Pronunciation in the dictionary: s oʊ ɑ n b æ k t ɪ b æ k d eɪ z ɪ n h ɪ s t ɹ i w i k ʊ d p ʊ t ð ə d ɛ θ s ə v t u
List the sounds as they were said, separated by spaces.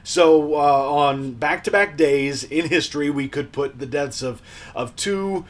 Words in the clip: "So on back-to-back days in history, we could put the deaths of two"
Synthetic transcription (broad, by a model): s oʊ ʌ n b æ k t ɪ b æ k d eɪ z ɪ n h ɪ s t ɹ i w i k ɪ d p ʊ t ð ə d ɛ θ s ə v t u